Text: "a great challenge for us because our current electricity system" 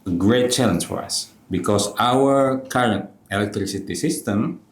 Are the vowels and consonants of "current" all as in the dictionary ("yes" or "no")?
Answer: yes